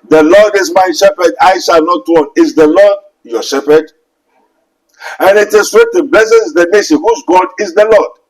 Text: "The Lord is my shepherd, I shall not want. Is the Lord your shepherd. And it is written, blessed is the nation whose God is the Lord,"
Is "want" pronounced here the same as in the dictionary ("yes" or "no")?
no